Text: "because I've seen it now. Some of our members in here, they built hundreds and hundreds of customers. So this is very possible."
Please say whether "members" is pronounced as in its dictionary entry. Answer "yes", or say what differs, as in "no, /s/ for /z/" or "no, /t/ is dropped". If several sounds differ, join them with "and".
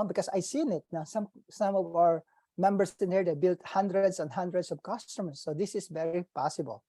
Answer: no, /s/ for /z/